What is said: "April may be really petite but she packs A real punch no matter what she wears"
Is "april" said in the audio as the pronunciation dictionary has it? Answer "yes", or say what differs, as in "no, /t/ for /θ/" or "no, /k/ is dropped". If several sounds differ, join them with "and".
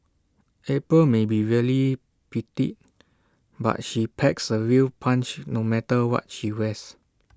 no, /ɹ/ is dropped